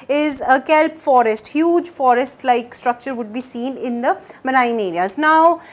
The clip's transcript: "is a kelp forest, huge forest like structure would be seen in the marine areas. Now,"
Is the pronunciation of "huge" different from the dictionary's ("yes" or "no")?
no